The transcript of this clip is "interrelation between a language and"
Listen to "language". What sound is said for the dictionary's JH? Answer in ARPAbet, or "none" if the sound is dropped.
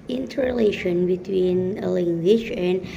SH